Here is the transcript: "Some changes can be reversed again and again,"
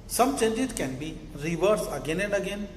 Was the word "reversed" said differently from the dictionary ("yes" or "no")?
yes